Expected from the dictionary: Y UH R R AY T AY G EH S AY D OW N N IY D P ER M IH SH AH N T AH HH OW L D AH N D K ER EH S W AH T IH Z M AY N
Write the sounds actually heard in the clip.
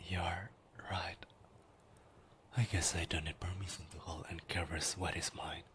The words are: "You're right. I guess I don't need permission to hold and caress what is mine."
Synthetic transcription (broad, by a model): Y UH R R AY T AY G EH S AY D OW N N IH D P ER M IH S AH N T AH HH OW L AH N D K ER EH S W AH T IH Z M AY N